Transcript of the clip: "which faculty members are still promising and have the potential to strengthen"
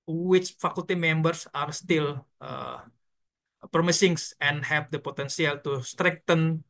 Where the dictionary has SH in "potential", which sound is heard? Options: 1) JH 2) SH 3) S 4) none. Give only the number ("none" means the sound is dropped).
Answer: 3